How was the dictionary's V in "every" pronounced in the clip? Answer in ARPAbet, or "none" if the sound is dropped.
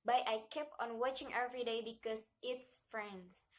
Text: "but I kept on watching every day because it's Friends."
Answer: V